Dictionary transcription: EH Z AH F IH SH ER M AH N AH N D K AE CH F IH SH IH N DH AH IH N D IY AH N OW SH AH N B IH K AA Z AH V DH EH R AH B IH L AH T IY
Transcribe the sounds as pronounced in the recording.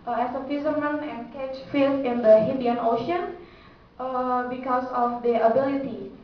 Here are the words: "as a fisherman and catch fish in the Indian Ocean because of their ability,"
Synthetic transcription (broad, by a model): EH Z AH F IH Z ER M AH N AH N D K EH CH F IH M IH N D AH IH N D IY AH N OW SH AH N B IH K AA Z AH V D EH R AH B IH L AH T IY